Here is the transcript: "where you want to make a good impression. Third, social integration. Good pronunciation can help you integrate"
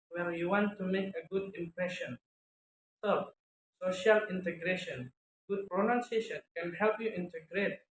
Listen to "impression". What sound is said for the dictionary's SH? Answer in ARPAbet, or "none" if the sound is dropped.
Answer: SH